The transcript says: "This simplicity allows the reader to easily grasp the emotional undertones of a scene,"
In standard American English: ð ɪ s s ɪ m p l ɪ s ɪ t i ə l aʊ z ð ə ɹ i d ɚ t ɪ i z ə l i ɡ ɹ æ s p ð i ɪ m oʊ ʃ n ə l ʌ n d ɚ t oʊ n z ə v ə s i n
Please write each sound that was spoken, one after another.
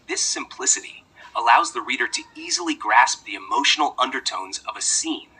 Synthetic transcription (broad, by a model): ð ɪ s s ɪ m p l ɪ s ɪ t i ə l aʊ z ð ə ɹ i d ɚ t ɪ i z l i ɡ ɹ æ s p ð i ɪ m oʊ ʃ n l ʌ n d ɚ t oʊ n z ə v ə s i n